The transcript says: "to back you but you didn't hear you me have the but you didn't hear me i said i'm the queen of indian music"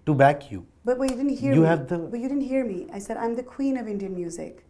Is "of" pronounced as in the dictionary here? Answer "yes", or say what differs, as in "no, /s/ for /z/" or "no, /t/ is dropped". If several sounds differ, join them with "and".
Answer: yes